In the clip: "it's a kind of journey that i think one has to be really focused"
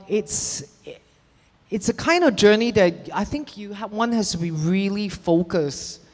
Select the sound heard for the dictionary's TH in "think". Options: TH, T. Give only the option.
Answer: TH